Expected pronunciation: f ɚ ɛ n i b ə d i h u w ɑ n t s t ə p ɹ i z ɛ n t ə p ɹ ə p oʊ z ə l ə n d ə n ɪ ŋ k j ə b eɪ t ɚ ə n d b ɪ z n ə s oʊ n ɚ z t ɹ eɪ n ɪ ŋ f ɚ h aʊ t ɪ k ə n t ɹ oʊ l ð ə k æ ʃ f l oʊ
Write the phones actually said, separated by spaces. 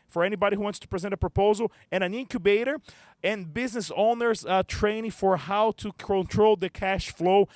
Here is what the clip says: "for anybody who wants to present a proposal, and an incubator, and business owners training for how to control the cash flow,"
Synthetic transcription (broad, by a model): f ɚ ɛ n i b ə d i h u w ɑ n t s t ə p ɹ i z ɛ n t ə p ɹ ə p oʊ z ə l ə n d ə n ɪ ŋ k j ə b eɪ t ɚ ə n b ɪ z n ə s oʊ n ɚ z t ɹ eɪ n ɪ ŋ f ɚ h aʊ t ɪ k ə n t ɹ oʊ l ð ə k æ ʃ f l oʊ